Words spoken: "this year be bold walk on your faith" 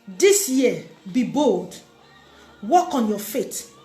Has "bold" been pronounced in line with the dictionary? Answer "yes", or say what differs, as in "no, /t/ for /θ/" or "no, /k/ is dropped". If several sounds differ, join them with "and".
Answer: yes